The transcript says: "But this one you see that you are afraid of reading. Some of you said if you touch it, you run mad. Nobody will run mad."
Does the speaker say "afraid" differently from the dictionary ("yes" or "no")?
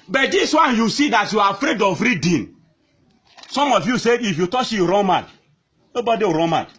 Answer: no